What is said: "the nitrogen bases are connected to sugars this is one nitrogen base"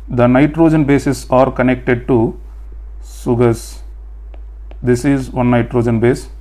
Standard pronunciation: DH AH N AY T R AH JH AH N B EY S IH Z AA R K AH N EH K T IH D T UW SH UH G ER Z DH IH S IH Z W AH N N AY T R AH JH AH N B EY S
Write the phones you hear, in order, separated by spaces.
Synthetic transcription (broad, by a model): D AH N AY T R AH JH AH N B EY S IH S AA R K AH N EH K T IH D T UW S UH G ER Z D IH S IH Z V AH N N AY T R AH JH AH N B EY S